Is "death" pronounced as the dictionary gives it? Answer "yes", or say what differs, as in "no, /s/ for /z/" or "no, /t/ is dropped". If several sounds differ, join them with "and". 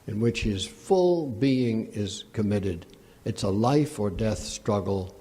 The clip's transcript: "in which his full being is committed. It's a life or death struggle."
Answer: yes